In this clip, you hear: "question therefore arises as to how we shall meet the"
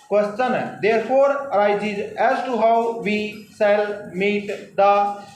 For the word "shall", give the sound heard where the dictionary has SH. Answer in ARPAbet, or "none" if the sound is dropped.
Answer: S